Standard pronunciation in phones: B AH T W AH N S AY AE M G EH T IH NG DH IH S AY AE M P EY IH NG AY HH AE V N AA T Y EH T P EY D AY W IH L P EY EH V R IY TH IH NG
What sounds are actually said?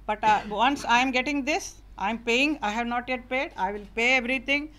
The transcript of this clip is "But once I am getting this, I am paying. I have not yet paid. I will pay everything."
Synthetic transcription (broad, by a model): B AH T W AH N S AY M G EH T IH NG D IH S AY M P EY IH NG AY HH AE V N AA T Y EH T P EY D AY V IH L P EY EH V R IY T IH NG